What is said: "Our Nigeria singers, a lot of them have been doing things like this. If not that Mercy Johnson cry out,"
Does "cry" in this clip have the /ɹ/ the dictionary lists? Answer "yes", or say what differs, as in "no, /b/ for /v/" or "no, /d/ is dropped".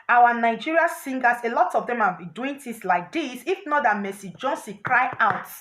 yes